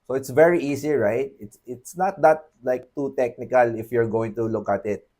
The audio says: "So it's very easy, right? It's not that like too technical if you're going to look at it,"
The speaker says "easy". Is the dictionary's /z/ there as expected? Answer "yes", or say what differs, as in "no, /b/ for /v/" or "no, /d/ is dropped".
no, /s/ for /z/